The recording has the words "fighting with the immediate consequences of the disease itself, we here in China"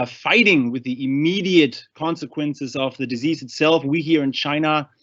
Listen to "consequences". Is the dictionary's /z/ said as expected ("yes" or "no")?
yes